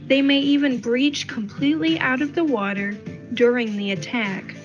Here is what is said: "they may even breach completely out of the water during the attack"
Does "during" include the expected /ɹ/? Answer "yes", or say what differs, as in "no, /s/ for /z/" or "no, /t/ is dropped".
yes